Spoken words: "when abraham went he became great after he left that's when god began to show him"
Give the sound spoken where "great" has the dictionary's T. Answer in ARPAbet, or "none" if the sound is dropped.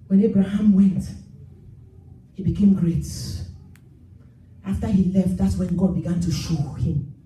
T